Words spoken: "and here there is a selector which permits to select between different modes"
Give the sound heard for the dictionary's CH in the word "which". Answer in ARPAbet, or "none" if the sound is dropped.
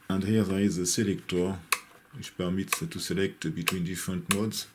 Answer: SH